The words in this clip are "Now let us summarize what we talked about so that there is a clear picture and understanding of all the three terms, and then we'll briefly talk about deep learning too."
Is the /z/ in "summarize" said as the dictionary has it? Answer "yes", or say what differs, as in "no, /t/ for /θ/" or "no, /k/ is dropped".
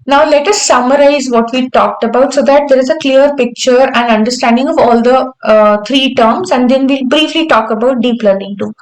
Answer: yes